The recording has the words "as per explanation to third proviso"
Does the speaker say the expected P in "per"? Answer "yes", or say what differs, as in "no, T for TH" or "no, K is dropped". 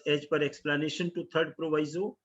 yes